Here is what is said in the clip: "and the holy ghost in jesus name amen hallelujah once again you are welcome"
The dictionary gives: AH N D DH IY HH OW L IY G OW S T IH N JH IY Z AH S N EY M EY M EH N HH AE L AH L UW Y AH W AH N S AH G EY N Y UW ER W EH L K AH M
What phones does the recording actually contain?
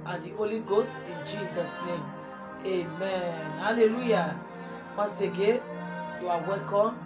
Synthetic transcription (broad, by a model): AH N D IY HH OW L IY G OW S T IH N JH IY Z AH S N EY M EY M EH N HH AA L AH L UW Y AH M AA S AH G EY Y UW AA W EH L K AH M